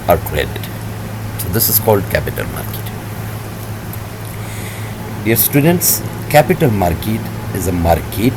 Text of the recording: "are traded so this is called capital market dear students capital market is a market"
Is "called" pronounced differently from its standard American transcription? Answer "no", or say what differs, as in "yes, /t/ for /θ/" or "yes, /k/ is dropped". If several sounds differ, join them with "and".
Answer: no